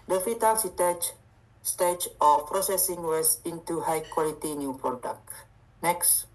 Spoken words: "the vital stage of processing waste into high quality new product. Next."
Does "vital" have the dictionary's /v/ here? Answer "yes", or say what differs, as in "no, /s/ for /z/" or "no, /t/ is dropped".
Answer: no, /f/ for /v/